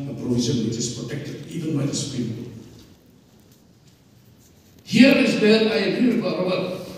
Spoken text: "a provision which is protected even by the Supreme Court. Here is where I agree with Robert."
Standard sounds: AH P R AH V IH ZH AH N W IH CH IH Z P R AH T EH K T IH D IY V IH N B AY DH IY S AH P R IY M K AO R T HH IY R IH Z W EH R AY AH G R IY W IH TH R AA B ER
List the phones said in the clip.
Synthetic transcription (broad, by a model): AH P R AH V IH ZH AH N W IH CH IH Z P R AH T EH K T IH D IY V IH N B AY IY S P IY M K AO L HH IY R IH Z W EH L AY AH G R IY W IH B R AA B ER